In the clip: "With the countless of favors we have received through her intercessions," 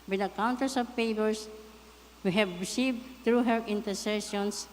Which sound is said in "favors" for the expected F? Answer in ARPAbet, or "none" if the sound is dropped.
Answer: P